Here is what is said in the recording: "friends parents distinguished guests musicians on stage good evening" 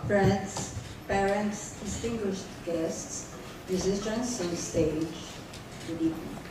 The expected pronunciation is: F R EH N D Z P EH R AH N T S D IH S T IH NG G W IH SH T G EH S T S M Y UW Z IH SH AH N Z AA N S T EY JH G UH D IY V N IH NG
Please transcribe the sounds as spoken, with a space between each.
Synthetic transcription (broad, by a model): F R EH N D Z P EH R AH N T S D IH S T IH NG G W IH SH T G EH S T S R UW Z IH S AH N S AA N S T EY JH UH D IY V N